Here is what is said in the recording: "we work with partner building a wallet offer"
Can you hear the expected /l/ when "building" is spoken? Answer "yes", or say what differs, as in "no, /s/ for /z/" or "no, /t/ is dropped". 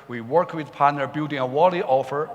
no, /l/ is dropped